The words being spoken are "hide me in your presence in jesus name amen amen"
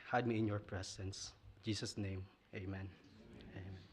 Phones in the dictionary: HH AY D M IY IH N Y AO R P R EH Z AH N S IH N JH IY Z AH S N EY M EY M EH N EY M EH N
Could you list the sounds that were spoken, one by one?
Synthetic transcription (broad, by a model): HH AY D M IY IH N Y AO R P R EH S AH N S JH IY S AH S N EY M EY M EH N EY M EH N